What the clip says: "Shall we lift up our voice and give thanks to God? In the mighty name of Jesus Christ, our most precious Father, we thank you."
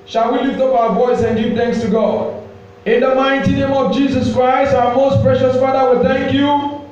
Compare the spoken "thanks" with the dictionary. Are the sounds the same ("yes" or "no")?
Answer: yes